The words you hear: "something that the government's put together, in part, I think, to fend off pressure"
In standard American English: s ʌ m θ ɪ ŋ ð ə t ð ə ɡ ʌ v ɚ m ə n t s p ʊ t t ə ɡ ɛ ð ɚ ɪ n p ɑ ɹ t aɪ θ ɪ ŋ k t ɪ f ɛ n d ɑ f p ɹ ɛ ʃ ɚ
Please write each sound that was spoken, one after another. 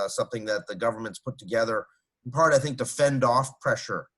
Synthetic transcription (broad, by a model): s ʌ m θ ɪ ŋ ð ə t ð ə ɡ ʌ v ɚ m ə n t s p ʊ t t ə ɡ ɛ ð ɚ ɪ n p ɑ ɹ t aɪ θ ɪ ŋ k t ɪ f ɛ n d ɑ f p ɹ ɛ ʃ ɚ